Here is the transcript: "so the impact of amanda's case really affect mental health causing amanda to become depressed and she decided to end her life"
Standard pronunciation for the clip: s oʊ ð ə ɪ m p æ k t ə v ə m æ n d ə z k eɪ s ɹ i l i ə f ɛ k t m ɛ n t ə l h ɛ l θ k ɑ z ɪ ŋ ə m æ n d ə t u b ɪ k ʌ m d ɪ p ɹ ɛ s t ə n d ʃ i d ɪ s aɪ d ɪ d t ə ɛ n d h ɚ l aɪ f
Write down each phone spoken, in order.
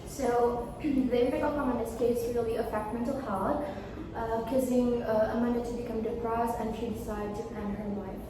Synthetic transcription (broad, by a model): s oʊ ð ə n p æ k ə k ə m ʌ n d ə s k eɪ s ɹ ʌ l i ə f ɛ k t m ɛ n t ə l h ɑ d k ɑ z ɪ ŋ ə m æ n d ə t u b ɪ k ʌ m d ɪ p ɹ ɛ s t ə n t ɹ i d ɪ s aɪ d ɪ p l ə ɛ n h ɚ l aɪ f